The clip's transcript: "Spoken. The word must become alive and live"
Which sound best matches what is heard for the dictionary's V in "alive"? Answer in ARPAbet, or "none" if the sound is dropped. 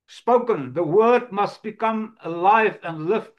V